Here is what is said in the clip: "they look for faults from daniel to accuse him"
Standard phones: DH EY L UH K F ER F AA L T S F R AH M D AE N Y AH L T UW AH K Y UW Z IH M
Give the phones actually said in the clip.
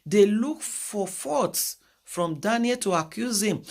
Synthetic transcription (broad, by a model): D EY L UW K F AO F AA T S F R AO M D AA N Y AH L T UW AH K Y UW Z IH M